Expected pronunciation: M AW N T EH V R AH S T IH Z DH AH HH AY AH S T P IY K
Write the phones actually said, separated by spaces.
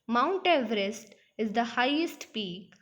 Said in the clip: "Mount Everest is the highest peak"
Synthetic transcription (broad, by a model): M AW N T EH V R AH S T IH Z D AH HH AY AH S T P IY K